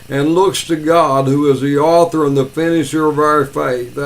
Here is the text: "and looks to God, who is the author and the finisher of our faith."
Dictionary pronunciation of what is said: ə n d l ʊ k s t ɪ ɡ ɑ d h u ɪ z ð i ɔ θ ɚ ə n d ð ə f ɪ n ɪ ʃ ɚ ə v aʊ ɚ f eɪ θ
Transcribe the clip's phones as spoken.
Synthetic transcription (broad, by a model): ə n l ʊ k s t ɪ ɡ ɑ d h u ɪ z ð i ɔ θ ɚ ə n ð ə f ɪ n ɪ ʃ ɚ ə v aʊ ɚ f eɪ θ